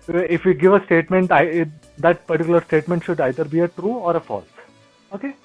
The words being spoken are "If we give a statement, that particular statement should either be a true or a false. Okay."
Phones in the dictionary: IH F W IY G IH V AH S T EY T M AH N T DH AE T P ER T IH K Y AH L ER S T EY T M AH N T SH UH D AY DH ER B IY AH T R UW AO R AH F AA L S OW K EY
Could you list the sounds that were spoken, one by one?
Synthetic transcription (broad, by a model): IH F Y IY G IH V AH S T EY T M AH N T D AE T P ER T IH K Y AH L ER S T EY T M AH N T SH UH D AY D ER B IY AH T R UW AO R AH F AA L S OW K EY